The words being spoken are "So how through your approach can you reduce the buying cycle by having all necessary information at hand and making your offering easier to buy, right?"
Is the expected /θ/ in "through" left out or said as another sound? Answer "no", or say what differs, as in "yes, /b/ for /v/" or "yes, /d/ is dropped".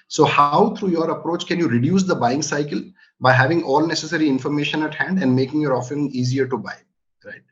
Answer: yes, /t/ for /θ/